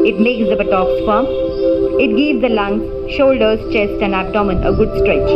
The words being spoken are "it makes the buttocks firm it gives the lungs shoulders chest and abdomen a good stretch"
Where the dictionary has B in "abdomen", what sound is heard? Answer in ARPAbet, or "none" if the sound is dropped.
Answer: none